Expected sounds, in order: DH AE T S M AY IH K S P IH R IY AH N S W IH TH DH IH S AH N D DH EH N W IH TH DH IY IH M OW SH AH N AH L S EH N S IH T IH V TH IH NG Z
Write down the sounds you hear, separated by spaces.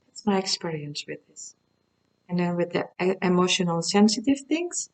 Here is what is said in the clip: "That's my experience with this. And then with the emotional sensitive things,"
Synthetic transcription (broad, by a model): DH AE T S M AY IH K S P IH R IY AH N S W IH DH IH S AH N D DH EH N W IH DH IY IH M OW SH AH N AH L S EH N S IH T IH V TH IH NG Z